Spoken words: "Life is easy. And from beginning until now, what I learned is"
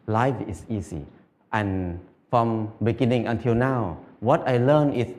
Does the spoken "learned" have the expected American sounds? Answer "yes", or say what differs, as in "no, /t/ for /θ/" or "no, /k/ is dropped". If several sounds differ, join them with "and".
no, /d/ is dropped